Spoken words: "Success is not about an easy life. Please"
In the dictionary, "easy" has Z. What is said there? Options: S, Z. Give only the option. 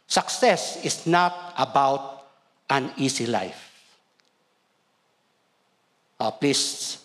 S